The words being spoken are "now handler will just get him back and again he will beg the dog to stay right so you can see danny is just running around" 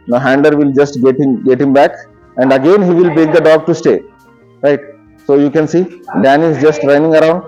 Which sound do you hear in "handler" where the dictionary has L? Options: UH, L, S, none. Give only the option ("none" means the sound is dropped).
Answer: none